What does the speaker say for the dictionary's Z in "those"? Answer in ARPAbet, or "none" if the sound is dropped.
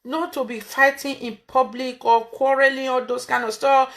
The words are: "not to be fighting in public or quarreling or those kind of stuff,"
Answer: S